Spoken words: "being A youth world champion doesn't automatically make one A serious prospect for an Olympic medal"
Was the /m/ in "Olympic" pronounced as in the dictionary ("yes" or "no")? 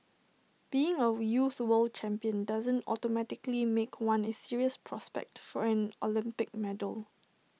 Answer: yes